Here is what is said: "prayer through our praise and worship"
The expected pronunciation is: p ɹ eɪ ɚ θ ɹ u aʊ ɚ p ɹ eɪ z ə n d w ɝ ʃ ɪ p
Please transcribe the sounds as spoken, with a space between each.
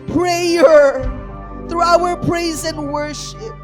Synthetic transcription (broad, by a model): p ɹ eɪ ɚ θ ɹ u aʊ ɚ p ɹ eɪ z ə n w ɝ ʃ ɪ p